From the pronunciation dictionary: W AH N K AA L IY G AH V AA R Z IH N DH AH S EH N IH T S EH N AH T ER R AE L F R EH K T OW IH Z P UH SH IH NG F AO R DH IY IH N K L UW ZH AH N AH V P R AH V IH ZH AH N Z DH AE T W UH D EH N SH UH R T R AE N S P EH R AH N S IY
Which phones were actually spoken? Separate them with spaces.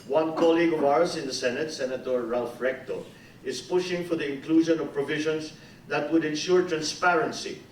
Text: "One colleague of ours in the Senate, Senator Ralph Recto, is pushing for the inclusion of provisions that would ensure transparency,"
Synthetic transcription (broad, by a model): W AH N K AA L IY G AH V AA R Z IH N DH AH S EH N IH T S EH N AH T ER R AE L F R EH K T OW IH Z P UH SH IH NG F AO R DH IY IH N K L UW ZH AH N AH V P R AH V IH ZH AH N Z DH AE T W UH D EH N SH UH R T R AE N S P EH R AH N S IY